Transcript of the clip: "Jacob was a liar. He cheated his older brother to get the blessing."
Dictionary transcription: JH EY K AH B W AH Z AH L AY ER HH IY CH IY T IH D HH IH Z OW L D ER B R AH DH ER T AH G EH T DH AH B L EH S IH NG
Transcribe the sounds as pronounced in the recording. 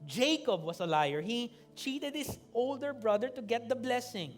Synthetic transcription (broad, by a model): JH EY K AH B W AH S AH L AY ER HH IY CH IY T IH D HH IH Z OW L D ER B R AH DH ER T AH G EH T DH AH B L EH S IH NG